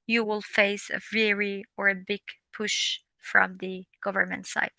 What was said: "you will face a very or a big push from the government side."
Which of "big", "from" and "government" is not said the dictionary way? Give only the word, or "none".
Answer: none